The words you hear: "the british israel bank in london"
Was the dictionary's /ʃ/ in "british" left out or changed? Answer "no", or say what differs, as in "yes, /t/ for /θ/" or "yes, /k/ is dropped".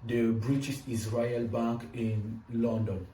yes, /s/ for /ʃ/